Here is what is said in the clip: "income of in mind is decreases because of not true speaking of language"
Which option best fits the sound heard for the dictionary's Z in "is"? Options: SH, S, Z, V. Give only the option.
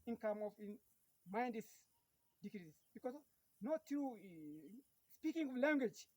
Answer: S